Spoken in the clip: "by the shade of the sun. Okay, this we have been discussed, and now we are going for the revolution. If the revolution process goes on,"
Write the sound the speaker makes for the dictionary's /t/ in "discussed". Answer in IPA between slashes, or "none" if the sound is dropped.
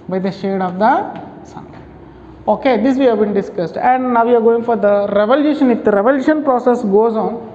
/t/